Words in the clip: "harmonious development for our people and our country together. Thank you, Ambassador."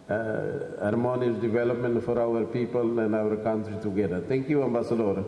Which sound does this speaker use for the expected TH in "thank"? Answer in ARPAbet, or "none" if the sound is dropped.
T